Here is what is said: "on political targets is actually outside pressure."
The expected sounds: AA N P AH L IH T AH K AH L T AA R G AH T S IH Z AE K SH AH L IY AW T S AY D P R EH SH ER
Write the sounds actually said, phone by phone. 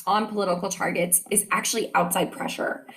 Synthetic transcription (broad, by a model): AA N P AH L IH T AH K L T AA R G AH T S IH Z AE K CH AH L IY AW T S AY D P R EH SH ER